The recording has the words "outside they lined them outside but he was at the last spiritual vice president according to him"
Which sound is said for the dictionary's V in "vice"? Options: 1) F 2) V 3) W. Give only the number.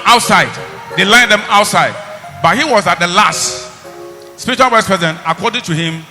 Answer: 3